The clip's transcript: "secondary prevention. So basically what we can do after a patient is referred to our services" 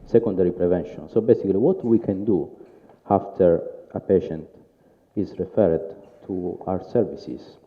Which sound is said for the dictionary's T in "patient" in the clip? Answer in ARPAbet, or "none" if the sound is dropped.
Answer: T